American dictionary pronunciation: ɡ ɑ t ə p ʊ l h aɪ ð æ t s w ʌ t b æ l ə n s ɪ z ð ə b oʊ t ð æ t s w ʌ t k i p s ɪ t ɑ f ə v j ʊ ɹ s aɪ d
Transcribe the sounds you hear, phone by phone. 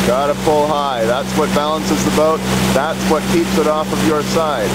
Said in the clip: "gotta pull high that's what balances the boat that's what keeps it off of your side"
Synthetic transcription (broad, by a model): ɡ ɑ t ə f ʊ l h aɪ ð æ t s w ʌ t b æ l ə n s ɪ z ð ə b oʊ t ð æ t s w ʌ t k i p s ɪ t ɑ f ə v j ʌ ɹ s aɪ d